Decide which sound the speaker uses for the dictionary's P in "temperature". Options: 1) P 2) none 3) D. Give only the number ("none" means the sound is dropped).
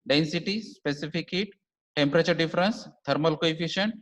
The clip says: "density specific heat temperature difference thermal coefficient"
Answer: 1